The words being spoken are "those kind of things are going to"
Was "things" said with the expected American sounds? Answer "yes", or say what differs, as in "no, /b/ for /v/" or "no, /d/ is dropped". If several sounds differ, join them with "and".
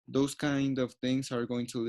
no, /t/ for /θ/